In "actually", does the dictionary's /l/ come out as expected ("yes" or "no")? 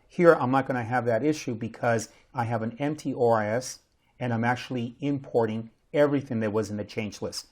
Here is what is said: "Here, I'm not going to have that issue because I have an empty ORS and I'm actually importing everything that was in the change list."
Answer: yes